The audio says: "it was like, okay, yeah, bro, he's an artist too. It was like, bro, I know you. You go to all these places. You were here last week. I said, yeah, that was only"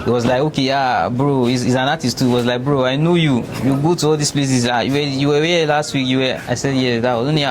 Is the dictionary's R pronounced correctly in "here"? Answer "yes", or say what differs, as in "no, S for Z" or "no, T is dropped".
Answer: no, W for R